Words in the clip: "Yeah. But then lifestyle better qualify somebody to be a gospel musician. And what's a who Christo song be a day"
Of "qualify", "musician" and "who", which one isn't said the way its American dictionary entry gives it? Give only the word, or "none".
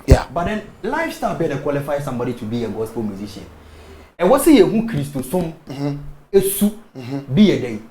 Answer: musician